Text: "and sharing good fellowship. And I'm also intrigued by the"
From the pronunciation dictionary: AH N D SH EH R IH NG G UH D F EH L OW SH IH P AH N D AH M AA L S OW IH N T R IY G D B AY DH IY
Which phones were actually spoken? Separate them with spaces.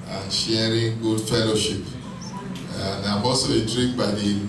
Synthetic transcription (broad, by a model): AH N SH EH R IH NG G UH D F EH L OW SH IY P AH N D AH M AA S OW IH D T R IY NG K B AY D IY